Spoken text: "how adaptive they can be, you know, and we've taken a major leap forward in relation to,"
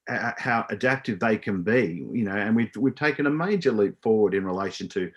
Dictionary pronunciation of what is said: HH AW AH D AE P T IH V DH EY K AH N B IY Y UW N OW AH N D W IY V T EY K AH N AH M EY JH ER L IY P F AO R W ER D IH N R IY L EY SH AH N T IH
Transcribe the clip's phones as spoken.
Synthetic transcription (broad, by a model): HH AW AH D AE P T IH V DH EY K AH N B IY Y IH N OW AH N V W IY V T EY K AH N AH M EY JH ER L IY P F AO R W ER D IH N R IY L EY SH AH N T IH